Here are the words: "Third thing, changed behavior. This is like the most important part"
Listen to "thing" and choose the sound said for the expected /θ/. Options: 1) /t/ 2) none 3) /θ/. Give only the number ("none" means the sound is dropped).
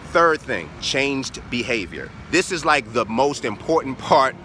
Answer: 3